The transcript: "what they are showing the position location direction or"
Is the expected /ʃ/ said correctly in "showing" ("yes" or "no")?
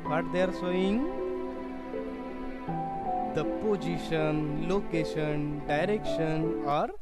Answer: no